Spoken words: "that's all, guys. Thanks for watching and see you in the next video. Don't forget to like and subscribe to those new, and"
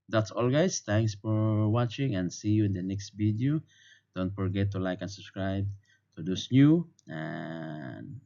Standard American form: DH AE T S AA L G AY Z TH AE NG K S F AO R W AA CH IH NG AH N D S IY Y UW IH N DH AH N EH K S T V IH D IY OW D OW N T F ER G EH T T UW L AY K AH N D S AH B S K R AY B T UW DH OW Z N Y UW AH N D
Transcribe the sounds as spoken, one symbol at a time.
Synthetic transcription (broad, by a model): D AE T S AA L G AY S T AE NG K S F AO R W AA CH IH NG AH N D S IY Y UW IH N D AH N EH K S T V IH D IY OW D OW N T F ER G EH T T UW L AY K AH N S AH B S K R AY B T UW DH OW S N Y UW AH N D